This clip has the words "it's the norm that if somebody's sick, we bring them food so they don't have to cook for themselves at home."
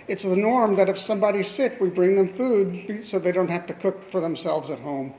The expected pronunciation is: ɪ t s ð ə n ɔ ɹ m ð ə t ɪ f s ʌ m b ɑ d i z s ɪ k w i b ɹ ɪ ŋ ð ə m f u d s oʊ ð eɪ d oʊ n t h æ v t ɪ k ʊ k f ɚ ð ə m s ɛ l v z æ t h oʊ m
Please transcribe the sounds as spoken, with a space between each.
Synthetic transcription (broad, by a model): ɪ t s ð ə n ɔ ɹ m ð ə t ɪ f s ʌ m b ɑ d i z s ɪ k w i b ɹ ɪ ŋ ð ə m f u d s oʊ ð eɪ d oʊ n t h æ f t ɪ k ʊ k f ɚ ð ə m s ɛ l v z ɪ t h oʊ m